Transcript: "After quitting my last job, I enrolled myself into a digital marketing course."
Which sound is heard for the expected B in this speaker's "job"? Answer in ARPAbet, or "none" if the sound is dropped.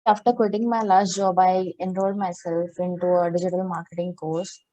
B